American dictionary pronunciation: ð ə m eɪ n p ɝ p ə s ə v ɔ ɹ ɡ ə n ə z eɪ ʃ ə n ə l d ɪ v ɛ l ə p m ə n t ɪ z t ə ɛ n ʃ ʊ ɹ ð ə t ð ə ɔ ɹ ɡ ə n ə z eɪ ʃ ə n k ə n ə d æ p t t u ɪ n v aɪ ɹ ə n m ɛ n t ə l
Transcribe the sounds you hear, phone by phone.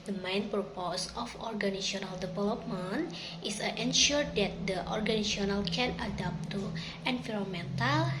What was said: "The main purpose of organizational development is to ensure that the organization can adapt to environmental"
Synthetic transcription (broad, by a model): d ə m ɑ n p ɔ p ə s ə f ɔ ɹ ɡ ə n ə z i ə n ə l d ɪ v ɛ l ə p m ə n t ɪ s t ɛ n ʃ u ɹ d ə t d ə ɔ ɹ ɡ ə n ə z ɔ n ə l k ə n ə d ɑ p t t u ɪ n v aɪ ɹ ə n m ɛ n t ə l